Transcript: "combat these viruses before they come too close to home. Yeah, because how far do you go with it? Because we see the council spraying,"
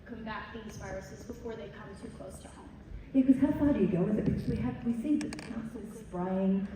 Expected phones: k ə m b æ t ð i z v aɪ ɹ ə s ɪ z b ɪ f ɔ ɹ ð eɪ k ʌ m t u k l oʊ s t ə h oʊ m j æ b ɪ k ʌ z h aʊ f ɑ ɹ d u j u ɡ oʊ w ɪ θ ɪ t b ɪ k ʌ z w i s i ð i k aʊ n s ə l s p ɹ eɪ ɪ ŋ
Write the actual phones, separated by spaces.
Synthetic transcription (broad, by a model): k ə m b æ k ð i z v aɪ ɹ ə s ɪ z b ɪ f ɔ ɹ ð eɪ k ʌ m t u k l oʊ s t ə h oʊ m j æ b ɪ k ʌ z h aʊ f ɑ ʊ d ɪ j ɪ ɡ oʊ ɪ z ɪ t b ɪ k ʌ z w i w i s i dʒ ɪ s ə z s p ɹ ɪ ɪ ŋ